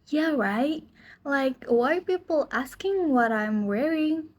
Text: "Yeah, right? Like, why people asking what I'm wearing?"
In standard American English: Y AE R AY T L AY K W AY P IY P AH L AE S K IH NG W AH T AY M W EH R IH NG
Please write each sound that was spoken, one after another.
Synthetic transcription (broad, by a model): Y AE R AY T L AY K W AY P IY P L AE S K IH NG W AH T AY M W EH R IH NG